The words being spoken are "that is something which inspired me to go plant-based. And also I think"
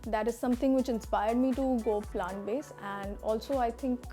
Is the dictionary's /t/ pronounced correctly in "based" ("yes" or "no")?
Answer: no